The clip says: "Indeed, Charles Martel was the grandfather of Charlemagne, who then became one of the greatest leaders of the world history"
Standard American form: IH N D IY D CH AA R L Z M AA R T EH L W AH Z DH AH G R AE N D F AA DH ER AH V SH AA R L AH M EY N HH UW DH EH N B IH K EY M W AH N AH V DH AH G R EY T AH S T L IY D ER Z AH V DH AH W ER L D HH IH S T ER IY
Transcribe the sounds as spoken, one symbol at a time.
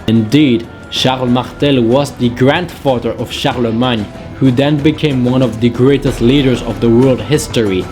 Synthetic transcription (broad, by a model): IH N D IY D SH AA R L M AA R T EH L W AH Z DH AH G R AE N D F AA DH ER AH V SH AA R L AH M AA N HH UW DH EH N B IH K EY M W AH N AH V DH AH G R EY T AH S T L IY D ER Z AH V DH AH W ER L D HH IH S T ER IY